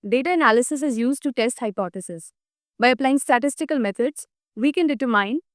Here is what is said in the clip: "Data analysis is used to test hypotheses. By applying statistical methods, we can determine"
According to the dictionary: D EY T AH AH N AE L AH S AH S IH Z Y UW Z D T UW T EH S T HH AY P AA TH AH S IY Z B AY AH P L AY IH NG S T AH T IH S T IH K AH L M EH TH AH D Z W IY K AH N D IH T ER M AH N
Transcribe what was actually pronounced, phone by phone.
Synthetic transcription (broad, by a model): D EY T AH AH N AE L AH S AH S IH Z Y UW Z D T UW T EH S T HH AY P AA T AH S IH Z B AY AH P L AY IH NG S T AH T IH S T IH K AH L M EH T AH D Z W IY K AH N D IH T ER M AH N